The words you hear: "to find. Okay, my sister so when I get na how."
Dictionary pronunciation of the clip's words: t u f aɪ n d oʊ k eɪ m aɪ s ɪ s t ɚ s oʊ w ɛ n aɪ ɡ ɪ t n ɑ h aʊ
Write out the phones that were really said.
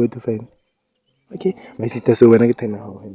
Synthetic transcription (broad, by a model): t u f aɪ n oʊ k eɪ m aɪ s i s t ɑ s oʊ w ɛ n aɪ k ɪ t n ɑ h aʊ